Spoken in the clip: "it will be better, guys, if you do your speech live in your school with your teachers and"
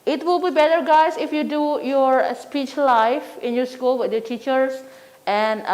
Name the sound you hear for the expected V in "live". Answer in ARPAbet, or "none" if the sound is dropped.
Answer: F